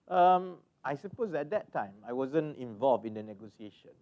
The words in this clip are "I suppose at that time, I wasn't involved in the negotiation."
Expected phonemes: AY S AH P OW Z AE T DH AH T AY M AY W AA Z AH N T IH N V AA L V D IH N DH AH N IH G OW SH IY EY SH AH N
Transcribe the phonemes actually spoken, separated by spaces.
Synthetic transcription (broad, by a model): AY S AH P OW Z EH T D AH T AY M AY W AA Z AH N IH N V AA L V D IH N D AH N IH G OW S IY EY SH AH N